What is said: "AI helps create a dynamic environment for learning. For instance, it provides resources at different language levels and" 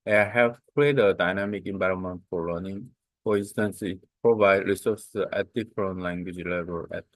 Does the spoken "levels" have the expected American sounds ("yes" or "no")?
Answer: no